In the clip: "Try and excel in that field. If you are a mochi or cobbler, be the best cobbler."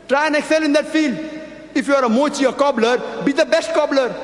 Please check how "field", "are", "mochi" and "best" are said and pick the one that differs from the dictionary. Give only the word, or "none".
none